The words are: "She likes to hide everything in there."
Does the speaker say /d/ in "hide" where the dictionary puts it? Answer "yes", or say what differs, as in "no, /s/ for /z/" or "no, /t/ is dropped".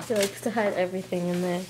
yes